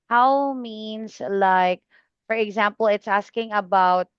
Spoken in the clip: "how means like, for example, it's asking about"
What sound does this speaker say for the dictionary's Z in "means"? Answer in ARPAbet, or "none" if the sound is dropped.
S